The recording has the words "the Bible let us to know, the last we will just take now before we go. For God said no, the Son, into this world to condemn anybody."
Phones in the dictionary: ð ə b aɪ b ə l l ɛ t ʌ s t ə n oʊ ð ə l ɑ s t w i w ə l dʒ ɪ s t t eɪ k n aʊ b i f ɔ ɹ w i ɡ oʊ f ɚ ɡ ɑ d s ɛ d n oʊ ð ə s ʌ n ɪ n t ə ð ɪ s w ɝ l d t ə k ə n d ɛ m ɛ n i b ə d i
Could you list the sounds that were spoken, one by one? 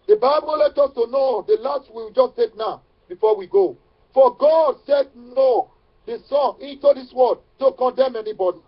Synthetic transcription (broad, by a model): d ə b aɪ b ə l l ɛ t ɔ s t ə n oʊ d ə l ɑ s t w i w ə dʒ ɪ s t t eɪ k n aʊ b i f ɔ w i ɡ oʊ f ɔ ɡ ɑ d s ɛ d n oʊ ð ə s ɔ n ɪ n t ə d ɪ s w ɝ d t ə k ə n d ɛ m ɛ n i b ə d i